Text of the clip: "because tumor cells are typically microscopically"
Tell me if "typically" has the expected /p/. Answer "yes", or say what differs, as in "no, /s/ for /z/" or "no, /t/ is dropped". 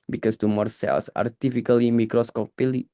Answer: no, /f/ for /p/